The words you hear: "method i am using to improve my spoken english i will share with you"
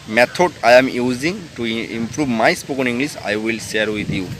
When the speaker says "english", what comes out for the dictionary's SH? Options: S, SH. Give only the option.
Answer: S